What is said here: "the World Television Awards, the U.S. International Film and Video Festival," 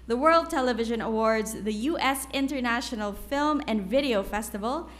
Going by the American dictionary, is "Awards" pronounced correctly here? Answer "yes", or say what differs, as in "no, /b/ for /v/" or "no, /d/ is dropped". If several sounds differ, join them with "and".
yes